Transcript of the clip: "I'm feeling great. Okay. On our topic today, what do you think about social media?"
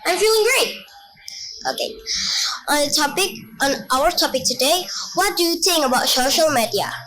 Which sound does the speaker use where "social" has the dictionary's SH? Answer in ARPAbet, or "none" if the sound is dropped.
SH